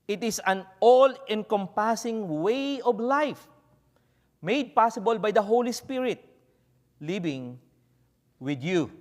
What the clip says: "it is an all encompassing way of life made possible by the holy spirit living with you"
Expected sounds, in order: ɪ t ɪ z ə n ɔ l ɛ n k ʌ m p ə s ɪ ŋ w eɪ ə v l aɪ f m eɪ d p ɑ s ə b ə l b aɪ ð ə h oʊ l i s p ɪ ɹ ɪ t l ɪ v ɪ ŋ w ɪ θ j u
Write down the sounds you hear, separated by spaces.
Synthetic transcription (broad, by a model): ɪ t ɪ s ə n ɔ l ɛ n k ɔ m p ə s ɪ ŋ w eɪ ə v l aɪ f m eɪ d p ɑ s ə b ə l b aɪ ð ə h oʊ l i s p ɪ ɹ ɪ t l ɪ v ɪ ŋ w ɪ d j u